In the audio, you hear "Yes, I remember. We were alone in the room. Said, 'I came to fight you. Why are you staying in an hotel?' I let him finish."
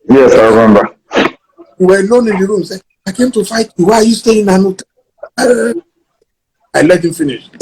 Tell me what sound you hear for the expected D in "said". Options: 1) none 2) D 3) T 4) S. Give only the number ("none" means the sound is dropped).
1